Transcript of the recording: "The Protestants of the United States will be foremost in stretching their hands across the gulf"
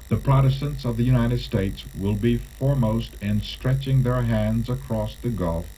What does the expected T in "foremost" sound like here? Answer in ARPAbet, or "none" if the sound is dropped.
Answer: T